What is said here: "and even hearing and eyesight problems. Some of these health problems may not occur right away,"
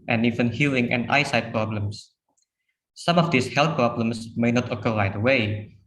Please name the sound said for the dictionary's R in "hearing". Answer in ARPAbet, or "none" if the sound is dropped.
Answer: L